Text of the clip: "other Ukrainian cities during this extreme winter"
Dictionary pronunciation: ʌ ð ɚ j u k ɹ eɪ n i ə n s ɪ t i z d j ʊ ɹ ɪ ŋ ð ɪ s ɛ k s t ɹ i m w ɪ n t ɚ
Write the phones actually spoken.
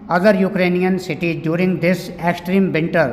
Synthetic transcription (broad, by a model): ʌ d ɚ j u k ɹ eɪ n i ə n s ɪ t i d j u ɹ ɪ ŋ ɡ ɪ s ɛ k s t ɹ i m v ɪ n t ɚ